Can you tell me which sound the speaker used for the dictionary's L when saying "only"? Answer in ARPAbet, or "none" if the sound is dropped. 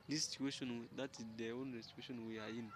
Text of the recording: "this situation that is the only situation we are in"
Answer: none